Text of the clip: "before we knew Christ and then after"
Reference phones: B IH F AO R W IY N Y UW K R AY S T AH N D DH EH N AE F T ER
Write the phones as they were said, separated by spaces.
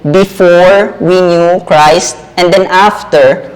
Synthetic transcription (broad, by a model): B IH F AO R W IY N Y UW K R AY S T AH N D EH N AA F T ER